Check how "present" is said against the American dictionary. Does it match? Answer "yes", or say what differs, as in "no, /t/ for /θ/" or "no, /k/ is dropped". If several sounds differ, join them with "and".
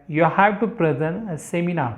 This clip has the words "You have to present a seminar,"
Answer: no, /t/ is dropped